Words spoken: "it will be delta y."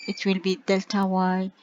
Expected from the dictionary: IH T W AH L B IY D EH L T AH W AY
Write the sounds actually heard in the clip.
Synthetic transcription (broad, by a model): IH T W AH L B IY D EH L T AH W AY